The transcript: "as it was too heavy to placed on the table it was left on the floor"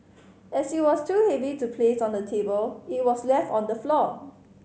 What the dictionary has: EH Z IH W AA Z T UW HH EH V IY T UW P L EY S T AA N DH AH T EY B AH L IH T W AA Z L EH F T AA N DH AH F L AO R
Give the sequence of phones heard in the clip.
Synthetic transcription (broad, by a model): EH S IH W AA S T UW HH EH V IY T UW P L EY S AA N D AH T EY B AH L IH T W AA S L EH F T AA N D AH F L AO